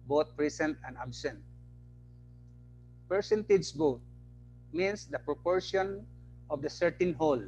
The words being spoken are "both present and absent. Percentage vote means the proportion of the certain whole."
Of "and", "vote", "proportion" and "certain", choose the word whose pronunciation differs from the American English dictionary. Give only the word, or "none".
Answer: vote